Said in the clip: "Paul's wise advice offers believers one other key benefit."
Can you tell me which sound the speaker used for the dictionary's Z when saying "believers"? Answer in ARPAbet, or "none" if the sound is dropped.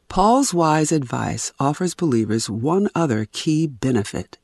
Z